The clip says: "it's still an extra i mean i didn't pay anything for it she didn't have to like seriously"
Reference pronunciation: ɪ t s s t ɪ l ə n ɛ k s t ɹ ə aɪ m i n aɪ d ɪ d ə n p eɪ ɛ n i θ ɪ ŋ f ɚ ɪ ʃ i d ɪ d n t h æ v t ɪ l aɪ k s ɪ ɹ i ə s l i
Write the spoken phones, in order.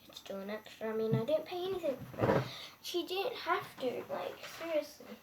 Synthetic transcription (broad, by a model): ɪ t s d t ə n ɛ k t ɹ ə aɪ m i n aɪ d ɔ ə n p eɪ ɛ n i θ ɪ ŋ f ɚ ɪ ʃ i d ɪ d n t h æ f t ɪ l aɪ k s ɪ ɹ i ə s l i